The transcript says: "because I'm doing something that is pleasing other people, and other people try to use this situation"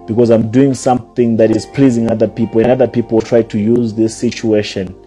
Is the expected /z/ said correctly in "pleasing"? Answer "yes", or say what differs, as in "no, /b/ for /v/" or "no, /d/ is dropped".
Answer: yes